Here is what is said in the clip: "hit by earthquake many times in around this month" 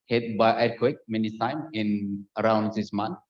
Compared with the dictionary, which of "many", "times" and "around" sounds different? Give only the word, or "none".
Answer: times